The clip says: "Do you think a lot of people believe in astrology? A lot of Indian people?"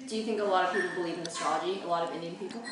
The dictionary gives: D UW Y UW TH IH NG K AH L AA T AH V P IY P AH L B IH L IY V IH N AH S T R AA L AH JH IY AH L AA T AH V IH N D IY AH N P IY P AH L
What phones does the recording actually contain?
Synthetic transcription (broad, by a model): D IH Y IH TH IH NG K AH L AA T AH V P IY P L B IH L IY V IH N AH S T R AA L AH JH IY AH L AA T AH V IH N D IY AH N P IY P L